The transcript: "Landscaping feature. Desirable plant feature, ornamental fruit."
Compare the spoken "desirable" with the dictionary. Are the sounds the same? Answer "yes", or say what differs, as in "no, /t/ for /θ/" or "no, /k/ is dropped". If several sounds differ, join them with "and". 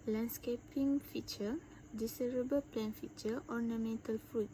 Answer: no, /s/ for /z/